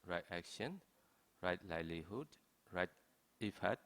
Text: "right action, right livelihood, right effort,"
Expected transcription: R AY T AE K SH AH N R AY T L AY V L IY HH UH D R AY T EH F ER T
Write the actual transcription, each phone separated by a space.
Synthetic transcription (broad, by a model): R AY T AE K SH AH N R AY T L AY L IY HH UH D R AY T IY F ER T